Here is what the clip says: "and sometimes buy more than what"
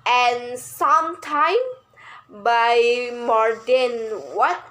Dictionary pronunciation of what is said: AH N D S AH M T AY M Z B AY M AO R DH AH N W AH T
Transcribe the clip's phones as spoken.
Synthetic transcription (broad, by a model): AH N S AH M T AY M B AY M AO R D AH N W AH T